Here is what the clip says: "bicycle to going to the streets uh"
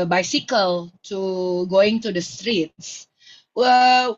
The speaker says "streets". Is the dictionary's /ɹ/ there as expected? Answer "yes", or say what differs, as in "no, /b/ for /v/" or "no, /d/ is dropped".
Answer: yes